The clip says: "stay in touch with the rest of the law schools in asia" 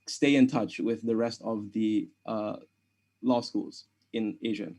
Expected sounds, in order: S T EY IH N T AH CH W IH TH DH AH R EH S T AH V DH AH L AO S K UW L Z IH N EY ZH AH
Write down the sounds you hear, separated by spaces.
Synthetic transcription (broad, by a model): S T EY IH N T AH CH W IH DH AH R EH S T AH V DH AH L AO S K UW L Z IH N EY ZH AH